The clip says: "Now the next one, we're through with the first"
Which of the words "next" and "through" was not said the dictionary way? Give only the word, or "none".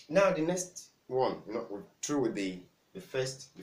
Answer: through